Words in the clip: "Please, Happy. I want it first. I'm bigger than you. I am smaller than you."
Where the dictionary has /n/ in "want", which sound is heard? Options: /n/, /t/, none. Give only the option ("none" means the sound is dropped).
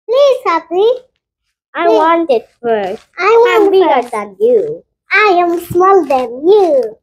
/n/